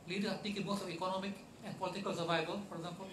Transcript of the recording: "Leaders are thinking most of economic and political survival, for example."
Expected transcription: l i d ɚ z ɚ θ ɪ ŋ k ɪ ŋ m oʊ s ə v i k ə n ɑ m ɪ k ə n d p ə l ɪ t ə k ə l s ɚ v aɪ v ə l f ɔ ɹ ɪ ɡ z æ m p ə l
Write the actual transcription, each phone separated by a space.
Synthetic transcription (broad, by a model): l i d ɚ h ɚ t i k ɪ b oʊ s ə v i k ə n ɑ m ɪ k ə n d p ə l ɪ t ə k ə l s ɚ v aɪ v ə l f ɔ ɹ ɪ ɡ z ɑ m p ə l